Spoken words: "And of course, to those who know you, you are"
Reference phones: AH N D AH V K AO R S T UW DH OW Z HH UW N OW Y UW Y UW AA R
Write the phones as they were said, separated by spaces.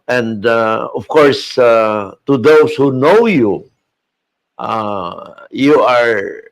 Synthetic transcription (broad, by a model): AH N D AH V K AO R S T UW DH OW S HH UW N OW Y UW Y UW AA R